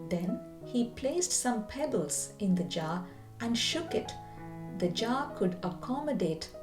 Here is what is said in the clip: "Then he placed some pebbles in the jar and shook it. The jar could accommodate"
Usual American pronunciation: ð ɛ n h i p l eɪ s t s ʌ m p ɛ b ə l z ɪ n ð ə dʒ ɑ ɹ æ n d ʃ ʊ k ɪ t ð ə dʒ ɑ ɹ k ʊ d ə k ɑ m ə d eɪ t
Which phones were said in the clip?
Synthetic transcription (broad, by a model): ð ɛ n h i p l eɪ s t s ʌ m p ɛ b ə l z ɪ n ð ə dʒ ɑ ɹ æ n d ʃ ʊ k ɪ t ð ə dʒ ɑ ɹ k ʊ d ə k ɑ m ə d eɪ t